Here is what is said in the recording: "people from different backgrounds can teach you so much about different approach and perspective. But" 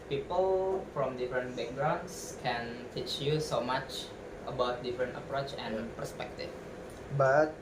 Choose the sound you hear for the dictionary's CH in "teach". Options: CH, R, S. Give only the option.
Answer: CH